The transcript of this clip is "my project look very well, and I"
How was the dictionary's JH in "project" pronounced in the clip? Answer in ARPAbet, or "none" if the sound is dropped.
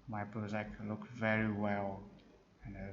none